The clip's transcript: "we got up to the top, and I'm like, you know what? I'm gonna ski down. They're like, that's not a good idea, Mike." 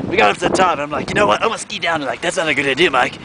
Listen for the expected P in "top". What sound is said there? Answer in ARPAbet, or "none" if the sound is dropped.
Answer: none